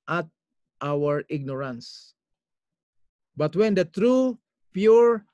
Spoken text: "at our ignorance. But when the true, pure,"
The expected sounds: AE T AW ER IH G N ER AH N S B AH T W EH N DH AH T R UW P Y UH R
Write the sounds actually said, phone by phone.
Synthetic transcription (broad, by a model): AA T AW ER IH G N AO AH N S B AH T W EH N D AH T R UW P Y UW R